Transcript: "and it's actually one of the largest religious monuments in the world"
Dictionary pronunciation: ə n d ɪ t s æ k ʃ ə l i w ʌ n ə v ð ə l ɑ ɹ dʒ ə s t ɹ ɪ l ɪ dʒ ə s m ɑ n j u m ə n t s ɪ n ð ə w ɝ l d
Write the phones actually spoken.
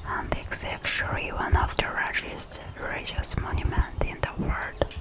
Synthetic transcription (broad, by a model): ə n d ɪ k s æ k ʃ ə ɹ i w ʌ n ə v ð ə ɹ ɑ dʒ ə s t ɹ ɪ ɪ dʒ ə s m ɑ n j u m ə n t ɪ n ð ə w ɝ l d